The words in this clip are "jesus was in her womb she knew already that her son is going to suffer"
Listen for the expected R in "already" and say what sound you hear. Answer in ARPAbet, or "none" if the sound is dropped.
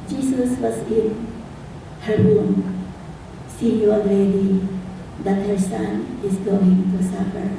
none